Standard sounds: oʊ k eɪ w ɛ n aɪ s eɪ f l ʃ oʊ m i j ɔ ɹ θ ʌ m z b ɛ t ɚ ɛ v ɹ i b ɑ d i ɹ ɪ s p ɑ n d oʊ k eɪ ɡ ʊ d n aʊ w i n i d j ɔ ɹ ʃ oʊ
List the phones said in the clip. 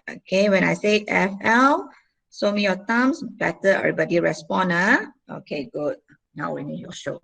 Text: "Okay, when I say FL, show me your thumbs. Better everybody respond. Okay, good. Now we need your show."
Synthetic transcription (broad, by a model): oʊ k eɪ w ɛ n aɪ s eɪ f l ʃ oʊ m i j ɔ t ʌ m s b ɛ t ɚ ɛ ɹ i b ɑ d i ɹ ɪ s p ɑ n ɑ oʊ k eɪ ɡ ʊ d n aʊ w i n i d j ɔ ʃ oʊ